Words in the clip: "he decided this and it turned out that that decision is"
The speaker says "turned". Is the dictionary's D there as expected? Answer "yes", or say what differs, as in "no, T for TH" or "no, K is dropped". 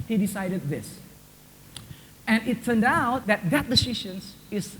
yes